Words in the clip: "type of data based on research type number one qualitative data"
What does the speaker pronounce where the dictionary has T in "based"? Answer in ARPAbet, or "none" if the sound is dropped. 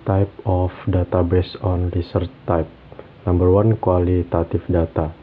none